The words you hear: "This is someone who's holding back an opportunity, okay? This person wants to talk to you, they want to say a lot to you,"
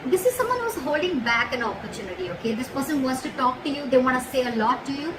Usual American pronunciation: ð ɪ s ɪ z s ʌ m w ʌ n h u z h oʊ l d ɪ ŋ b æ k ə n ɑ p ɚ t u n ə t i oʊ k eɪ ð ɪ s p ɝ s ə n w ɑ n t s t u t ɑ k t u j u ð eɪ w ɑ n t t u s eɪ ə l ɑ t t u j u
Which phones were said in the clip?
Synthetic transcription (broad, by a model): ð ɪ s ɪ z s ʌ m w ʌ n h u z h oʊ l d ɪ ŋ b æ k ə n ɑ p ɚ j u n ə t i oʊ k eɪ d ɪ s p ɝ s ə n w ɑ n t s t u t ɑ k t u j u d eɪ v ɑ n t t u s eɪ ə l ɑ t t u j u